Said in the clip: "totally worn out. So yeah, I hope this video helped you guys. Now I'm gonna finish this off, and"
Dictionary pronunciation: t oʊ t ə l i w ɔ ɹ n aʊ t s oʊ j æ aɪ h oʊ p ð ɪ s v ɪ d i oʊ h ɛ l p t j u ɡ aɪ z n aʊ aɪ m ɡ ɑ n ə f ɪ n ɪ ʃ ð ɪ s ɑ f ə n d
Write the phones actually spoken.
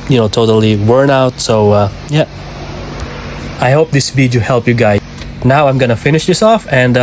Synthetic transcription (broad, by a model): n oʊ t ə l i w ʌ ɹ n aʊ t s oʊ j æ aɪ h oʊ p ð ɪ s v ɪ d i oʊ h ɛ l p j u ɡ aɪ n aʊ aɪ m ɡ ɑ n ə f ɪ n ɪ ʃ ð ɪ s ɑ f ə n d